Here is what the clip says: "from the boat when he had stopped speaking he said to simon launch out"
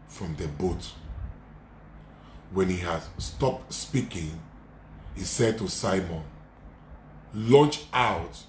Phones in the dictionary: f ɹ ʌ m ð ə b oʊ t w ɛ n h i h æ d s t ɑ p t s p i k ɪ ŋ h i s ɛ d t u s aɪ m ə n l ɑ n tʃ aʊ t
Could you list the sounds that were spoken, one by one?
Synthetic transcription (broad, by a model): f ɹ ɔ m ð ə b oʊ t w ɛ n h i h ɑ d s t ɑ p t s p i k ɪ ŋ h i s ɛ d t u s aɪ m ə n l ɑ n tʃ aʊ t